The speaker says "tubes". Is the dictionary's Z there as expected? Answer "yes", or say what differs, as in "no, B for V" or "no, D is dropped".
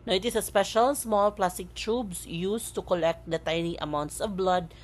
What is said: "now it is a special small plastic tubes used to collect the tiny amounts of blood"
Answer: no, S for Z